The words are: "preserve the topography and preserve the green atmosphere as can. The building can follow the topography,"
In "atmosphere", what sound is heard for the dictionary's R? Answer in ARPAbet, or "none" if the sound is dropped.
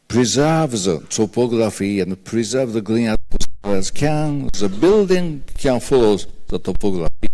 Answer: L